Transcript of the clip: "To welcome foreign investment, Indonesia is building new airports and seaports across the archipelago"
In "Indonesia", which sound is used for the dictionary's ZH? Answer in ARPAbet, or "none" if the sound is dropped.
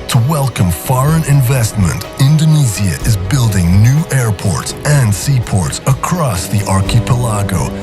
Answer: Z